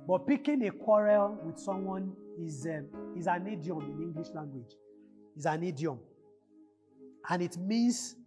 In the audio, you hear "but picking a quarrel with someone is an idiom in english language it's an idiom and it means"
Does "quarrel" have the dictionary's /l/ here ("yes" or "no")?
yes